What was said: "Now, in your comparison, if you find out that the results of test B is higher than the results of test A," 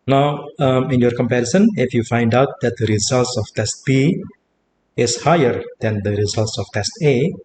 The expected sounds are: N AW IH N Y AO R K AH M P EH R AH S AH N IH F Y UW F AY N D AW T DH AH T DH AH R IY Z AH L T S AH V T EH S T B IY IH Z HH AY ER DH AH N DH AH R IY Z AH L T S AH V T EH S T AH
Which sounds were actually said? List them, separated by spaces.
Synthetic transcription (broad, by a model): N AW IH N Y AO R K AH M P EH R AH S AH N IH F Y UW F AY N D AW T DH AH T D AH R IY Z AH L T S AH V T EH S T B IY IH S HH AY ER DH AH N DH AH R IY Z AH L T S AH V T EH S T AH